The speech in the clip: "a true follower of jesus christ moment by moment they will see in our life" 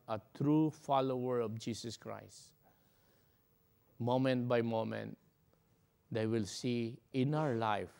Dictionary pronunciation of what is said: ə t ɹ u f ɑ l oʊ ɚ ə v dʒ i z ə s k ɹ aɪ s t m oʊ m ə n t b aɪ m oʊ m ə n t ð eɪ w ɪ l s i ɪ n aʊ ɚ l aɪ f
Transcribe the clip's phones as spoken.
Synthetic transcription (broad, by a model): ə t ɹ u f ɑ l oʊ ɚ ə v dʒ i s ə s k ɹ aɪ s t m oʊ m ə n t b aɪ m oʊ m ə n t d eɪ w ɪ l s i ɪ n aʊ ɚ l aɪ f